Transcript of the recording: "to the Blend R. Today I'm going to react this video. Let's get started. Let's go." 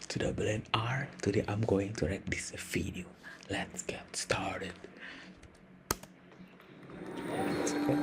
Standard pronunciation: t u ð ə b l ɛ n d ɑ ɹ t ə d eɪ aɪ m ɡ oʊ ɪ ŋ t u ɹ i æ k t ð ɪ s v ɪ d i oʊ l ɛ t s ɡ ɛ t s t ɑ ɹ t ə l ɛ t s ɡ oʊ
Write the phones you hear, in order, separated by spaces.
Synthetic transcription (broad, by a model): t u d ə b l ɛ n ɑ ɹ t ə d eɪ aɪ m ɡ oʊ ɪ ŋ t u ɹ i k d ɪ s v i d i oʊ l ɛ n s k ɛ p s t ɑ ɹ t ə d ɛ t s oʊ